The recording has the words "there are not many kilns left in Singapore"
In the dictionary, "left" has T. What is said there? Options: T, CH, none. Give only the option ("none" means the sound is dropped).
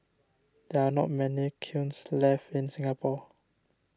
none